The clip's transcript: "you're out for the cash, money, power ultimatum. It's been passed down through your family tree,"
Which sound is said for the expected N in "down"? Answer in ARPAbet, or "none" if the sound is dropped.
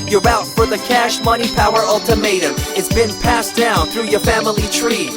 N